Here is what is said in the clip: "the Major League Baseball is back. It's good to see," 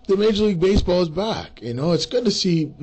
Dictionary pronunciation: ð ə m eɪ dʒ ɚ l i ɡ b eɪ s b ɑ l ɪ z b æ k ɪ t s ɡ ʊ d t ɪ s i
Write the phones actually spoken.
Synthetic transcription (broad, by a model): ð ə m eɪ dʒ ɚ l i ɡ b eɪ s b ɑ l ɪ z b æ k ɪ t s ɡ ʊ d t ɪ s i